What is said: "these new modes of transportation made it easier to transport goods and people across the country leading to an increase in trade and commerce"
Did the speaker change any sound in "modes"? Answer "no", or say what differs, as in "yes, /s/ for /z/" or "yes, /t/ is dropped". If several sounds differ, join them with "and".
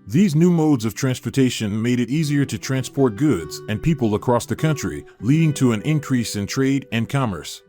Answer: no